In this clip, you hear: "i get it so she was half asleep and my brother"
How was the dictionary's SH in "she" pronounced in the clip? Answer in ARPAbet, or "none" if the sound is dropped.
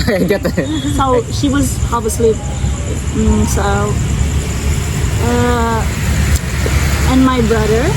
SH